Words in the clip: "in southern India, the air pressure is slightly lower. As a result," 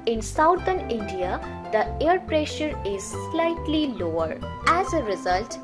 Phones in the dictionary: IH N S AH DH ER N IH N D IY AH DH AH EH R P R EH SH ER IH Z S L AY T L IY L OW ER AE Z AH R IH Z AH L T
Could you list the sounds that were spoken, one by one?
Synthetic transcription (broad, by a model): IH N S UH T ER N IH N D IY AH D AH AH R P R EH SH ER IH Z S L AY T L IY L OW ER AE Z AH R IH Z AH L T